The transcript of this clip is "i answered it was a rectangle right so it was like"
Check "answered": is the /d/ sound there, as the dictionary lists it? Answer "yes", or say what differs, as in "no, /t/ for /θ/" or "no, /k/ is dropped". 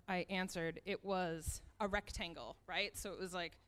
yes